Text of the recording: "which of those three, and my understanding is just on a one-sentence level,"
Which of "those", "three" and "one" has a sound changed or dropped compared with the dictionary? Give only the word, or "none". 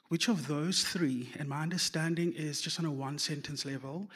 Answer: none